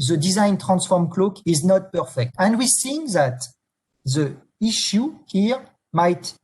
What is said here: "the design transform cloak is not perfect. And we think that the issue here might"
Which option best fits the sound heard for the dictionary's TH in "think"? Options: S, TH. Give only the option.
S